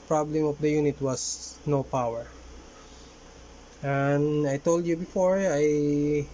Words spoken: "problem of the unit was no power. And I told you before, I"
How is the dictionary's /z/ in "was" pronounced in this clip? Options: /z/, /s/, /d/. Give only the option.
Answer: /s/